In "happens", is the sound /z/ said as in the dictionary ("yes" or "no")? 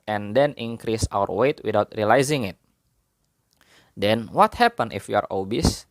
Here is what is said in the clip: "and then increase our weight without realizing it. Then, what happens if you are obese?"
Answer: no